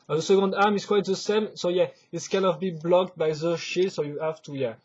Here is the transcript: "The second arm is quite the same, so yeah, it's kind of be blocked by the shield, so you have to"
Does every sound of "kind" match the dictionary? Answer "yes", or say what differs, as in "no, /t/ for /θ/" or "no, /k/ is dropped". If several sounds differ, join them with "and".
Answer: no, /d/ is dropped